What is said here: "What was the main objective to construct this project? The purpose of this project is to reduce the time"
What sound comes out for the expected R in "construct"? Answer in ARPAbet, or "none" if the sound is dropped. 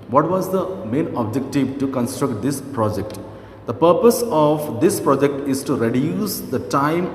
R